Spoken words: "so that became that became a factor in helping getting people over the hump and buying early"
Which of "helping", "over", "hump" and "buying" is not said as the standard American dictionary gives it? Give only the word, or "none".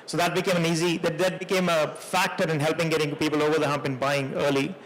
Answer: none